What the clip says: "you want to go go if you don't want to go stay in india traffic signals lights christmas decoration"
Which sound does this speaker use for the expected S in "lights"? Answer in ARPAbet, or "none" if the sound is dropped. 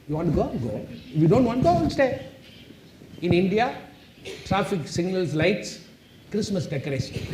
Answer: S